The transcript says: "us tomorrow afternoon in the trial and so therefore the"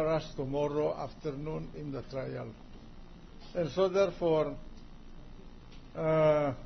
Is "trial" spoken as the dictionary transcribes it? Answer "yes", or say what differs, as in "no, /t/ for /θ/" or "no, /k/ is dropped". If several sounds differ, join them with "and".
yes